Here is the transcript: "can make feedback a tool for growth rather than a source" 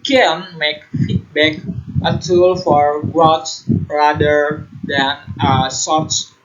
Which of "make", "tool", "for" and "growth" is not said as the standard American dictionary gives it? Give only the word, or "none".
growth